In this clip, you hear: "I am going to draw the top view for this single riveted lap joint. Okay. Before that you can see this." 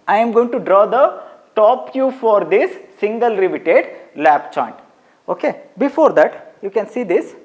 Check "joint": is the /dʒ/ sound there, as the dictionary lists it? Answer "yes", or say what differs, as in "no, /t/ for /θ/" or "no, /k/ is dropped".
no, /tʃ/ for /dʒ/